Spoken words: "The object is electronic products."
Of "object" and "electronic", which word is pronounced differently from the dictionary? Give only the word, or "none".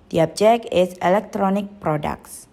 object